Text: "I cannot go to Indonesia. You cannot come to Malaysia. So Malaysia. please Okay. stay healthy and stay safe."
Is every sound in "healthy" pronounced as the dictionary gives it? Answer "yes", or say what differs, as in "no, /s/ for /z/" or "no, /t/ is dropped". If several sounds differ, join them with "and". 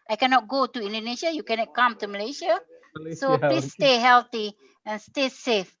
no, /t/ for /θ/